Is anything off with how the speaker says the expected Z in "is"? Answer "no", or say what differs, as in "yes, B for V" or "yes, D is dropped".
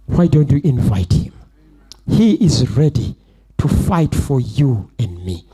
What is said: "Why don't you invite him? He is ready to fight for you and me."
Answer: no